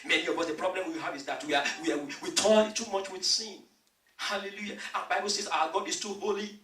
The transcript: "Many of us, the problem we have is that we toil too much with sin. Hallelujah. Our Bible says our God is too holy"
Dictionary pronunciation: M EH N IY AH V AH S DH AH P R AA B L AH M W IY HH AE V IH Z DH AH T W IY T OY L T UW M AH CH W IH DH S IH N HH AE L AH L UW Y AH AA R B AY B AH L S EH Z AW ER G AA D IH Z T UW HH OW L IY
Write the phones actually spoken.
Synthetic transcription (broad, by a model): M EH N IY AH B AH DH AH P R AA B L AH M W IY HH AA V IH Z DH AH T W IY T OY N T UW M AH CH W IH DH S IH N HH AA L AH L UW Y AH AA B AY B AH L S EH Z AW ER G AA D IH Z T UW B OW L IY